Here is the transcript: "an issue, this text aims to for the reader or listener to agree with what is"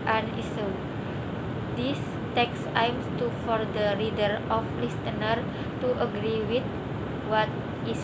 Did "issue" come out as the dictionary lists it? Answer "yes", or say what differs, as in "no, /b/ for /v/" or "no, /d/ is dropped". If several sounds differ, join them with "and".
no, /s/ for /ʃ/